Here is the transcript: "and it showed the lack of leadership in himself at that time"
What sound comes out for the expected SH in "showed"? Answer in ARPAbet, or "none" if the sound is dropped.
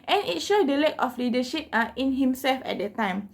SH